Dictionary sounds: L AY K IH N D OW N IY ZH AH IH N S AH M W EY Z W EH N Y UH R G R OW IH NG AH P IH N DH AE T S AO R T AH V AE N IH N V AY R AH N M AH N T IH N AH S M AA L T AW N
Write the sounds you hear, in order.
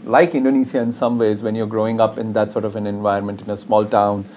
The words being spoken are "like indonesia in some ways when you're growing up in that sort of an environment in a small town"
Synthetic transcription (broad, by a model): L AY K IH N D OW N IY S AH IH N S AH M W EY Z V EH N Y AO R G R OW IH NG AH P IH N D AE T S AO R T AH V AE N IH N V AY AH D M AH N T IH N AH S M AA L T AW N